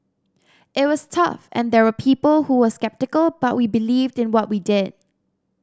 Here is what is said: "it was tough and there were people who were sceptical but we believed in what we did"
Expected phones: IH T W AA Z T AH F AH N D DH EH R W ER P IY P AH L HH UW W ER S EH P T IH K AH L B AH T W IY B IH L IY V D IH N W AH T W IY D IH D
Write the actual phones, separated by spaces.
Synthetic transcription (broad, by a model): IH T W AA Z T AH F AH N D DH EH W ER P IY P AH L HH UW W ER S EH P T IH K AH L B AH T W IY B IH L IY V D IH N W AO T W IY D IH D